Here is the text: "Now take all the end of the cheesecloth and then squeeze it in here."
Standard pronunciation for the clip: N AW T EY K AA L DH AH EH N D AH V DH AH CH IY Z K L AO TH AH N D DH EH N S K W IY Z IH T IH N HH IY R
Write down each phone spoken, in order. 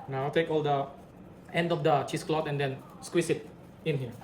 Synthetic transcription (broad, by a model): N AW T EY K AA L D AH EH N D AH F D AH CH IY S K L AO T AH N D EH N S K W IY S IH T IH N HH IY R